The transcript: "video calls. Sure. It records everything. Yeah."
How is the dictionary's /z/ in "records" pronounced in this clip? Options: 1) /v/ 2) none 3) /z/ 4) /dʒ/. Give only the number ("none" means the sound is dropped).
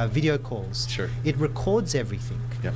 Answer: 3